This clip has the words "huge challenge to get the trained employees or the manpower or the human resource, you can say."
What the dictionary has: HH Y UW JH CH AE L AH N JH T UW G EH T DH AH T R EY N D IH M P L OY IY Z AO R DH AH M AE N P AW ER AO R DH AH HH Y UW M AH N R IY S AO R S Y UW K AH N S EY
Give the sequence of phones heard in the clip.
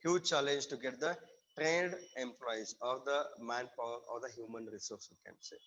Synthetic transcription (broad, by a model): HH Y UW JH CH AE L AH N JH T UW G EH T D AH T R EY N D IH M P L OY IY Z AO R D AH M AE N P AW ER AO R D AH HH Y UW M AH N R IY S AO R S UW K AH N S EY